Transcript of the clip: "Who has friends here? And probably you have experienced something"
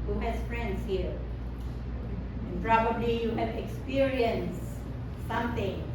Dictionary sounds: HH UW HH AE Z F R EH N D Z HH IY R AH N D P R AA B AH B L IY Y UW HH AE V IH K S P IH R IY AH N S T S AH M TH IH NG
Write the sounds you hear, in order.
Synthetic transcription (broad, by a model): HH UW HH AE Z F R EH N D S HH IY R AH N P R AA B AH B L IY Y UW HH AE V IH K S P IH R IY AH N S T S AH M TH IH NG